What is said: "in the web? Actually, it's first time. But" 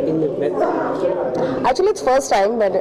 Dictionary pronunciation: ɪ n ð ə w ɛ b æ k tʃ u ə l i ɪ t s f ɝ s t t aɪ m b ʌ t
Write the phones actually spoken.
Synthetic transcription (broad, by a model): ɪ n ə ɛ æ k tʃ u ə l i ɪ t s f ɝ s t t aɪ m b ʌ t